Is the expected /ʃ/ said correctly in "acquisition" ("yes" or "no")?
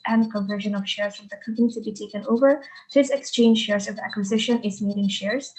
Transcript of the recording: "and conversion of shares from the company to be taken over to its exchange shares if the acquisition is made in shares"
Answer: yes